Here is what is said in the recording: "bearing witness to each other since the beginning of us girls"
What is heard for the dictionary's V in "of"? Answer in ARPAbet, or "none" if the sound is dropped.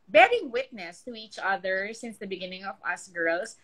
V